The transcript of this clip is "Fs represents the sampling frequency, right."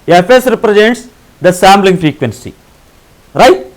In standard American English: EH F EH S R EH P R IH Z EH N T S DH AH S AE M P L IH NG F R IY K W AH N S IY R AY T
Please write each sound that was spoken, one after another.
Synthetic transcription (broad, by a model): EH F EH S R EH P R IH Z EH N T S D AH S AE M B L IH NG F R IY K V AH N S IY R AY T